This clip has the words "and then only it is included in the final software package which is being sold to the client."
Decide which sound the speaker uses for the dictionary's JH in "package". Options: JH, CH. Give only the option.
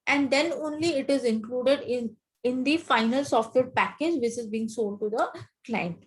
JH